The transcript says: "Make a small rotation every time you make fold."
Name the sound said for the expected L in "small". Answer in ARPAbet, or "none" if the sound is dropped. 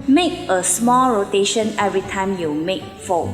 L